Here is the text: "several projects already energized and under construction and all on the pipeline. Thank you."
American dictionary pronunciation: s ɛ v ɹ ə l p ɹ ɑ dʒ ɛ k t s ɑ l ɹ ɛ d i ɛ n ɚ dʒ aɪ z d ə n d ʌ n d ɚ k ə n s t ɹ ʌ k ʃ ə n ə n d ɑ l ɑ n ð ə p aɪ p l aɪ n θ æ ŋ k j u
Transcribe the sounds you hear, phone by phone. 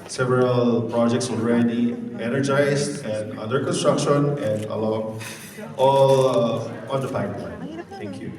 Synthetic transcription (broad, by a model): s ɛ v ɹ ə l p ɹ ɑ dʒ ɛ k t s ɑ l ɹ ɛ d i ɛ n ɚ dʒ aɪ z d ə n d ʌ d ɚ k ə n s t ɹ ʌ k ʃ ə n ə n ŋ ɑ l ɑ n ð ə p aɪ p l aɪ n t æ ŋ k j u